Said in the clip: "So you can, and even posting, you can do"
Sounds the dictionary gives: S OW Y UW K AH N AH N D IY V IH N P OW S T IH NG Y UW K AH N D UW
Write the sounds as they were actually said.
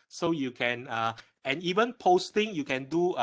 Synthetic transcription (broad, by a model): S OW Y UW K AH N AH N IY V IH N P OW S T IH NG Y UW K AH N D UW